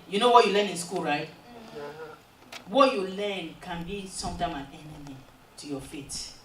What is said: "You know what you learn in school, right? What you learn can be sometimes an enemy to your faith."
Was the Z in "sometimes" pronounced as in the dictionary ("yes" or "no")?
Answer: no